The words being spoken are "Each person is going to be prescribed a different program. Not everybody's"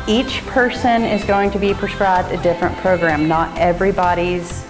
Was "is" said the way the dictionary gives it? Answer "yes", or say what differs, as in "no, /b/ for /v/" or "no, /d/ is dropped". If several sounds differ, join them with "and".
yes